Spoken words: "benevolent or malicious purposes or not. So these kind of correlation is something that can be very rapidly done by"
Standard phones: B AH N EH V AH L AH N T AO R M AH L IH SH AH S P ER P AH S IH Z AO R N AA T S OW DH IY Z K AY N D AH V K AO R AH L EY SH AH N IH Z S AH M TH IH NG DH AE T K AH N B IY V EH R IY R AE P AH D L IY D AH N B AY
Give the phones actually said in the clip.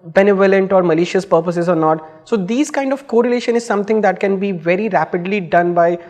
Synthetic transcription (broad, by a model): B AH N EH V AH L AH N T AO R M AH L IH SH AH S P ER P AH S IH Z AO R N AA T S OW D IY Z K AY N D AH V K AO R AH L EY SH AH N IH Z S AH M T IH NG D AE T K AH N B IY V EH R IY R AE P AH D L IY D AH N B AY